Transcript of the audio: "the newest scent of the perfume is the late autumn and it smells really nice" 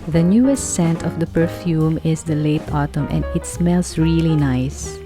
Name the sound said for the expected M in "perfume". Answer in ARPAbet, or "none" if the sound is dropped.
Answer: M